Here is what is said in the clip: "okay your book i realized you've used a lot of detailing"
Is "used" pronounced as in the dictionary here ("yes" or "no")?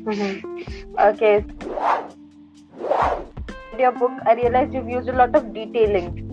no